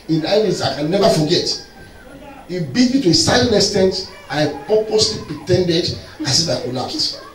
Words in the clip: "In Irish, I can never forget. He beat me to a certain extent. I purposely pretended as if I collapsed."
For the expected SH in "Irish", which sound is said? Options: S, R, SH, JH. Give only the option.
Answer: S